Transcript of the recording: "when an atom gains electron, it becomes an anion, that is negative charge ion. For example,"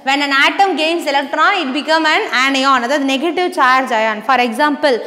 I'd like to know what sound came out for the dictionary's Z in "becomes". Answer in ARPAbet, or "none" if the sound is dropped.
none